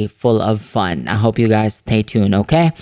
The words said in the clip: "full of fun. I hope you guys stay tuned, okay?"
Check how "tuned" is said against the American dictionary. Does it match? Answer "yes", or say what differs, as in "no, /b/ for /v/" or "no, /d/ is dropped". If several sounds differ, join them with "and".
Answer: no, /d/ is dropped